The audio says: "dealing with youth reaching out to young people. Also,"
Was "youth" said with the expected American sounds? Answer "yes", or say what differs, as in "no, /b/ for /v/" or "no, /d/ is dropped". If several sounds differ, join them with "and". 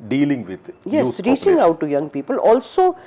no, /s/ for /θ/